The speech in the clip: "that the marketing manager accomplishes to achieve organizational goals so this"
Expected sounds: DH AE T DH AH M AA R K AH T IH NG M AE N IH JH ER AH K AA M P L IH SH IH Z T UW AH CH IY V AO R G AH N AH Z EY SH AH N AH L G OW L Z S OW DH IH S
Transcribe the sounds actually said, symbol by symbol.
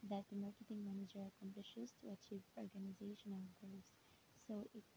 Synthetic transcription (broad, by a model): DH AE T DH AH M AA R K AH T IH NG M AE N IH JH ER AH K AA M P L IH SH IH Z T UW AH CH IY V AO R G AH N AH Z EY SH AH N AH L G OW Z S OW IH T